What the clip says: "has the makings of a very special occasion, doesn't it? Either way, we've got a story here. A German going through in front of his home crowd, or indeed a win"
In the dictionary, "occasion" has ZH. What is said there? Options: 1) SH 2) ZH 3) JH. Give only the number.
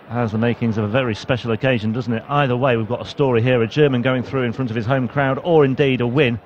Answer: 2